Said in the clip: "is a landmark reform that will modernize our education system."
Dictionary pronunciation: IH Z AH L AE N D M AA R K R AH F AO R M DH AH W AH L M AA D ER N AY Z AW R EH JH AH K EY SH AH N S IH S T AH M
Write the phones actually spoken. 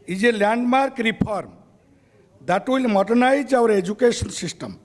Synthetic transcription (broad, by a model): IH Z AH L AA N D M AA R K R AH P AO R M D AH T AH L M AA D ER N AY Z AW R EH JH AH K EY S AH N S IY S T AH M